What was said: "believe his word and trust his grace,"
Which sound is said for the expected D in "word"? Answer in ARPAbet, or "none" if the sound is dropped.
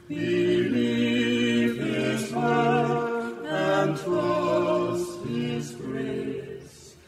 none